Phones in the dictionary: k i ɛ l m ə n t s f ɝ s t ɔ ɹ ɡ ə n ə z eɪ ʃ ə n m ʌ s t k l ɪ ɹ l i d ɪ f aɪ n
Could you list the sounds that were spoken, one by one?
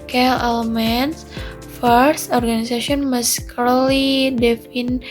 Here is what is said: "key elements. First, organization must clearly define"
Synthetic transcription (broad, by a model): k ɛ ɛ l m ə n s f ɝ s t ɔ ɹ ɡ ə n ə s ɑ s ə n m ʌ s k ʌ l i d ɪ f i n